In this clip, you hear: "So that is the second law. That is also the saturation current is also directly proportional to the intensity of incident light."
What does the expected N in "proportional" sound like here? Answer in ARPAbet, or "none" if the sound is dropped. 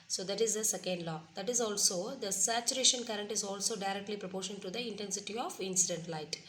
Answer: none